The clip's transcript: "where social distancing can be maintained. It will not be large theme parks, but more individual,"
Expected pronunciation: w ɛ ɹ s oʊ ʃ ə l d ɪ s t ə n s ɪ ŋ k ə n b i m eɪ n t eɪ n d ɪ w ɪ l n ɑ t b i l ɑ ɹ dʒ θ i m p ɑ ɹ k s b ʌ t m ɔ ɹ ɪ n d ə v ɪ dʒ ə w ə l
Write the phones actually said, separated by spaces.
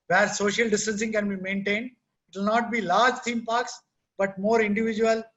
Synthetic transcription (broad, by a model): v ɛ ɹ s oʊ ʃ ə l d ɪ s t ə n s ɪ ŋ k ə n b i m eɪ n t eɪ n d ɪ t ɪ l n ɑ t b i l ɑ ɹ dʒ t i m p ɑ ɹ k s b ʌ t m ɔ ɹ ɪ n d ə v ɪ dʒ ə ə l